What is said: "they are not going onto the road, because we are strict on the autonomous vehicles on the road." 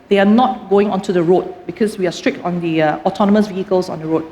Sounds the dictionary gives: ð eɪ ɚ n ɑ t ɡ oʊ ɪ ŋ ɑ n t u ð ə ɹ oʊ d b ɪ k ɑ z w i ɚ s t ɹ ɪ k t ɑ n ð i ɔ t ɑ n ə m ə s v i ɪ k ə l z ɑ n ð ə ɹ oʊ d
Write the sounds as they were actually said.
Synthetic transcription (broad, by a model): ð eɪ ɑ n ɑ t ɡ oʊ ɪ ŋ ɑ n t u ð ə ɹ oʊ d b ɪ k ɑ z w i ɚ s t ɹ ɪ k t ɑ n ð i ɔ t ɑ n ə m ə s v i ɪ k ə l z ɑ n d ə ɹ oʊ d